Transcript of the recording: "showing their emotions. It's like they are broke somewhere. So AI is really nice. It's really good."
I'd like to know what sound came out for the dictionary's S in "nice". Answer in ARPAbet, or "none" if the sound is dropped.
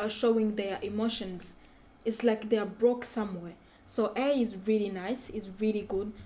S